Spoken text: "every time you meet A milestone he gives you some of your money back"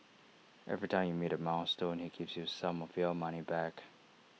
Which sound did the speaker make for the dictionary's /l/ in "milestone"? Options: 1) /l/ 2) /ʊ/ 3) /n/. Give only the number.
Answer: 3